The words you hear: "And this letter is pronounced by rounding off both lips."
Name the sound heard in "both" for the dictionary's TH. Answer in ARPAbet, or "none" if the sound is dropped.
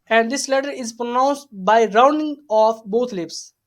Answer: T